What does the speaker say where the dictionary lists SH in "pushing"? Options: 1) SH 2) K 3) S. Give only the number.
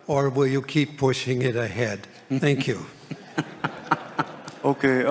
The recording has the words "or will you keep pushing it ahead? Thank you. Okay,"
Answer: 1